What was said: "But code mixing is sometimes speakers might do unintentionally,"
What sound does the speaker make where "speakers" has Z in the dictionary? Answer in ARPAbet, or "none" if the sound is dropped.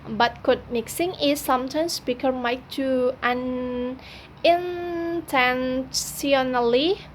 none